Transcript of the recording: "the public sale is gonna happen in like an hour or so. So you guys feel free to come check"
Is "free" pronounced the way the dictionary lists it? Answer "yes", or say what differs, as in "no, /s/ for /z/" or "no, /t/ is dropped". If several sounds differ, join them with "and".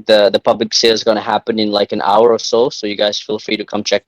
yes